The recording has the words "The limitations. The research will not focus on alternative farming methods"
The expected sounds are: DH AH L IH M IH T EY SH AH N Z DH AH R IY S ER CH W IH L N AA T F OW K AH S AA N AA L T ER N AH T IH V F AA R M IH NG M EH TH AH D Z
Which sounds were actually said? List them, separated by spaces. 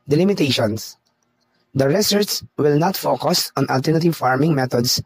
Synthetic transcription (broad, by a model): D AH L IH M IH T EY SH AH N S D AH R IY S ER S W IH L N AA T F OW K AH S AA N AA L T ER N AH T IH V F AA R M IH NG M EH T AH D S